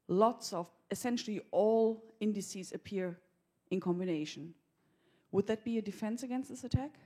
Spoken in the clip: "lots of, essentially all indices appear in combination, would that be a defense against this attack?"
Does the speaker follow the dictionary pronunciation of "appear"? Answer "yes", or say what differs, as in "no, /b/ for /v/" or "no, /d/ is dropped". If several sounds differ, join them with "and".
yes